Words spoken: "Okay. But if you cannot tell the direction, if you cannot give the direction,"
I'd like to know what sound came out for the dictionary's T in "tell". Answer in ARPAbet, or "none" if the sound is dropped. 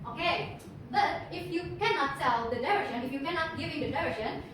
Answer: S